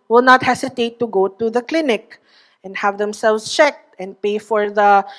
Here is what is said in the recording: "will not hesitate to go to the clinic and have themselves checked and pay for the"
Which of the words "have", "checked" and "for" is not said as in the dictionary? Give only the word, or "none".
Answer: none